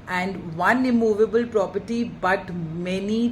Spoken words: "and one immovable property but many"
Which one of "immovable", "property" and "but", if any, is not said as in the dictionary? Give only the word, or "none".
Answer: none